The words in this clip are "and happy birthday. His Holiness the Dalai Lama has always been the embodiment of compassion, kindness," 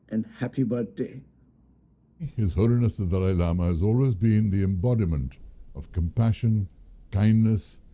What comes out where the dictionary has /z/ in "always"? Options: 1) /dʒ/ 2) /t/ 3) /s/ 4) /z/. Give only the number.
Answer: 4